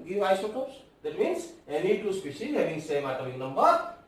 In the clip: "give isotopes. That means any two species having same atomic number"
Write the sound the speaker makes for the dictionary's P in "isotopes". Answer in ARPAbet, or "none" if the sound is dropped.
none